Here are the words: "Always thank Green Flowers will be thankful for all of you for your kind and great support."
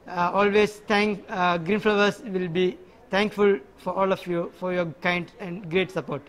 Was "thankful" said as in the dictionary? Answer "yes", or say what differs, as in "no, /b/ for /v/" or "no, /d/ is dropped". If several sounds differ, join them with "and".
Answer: no, /t/ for /θ/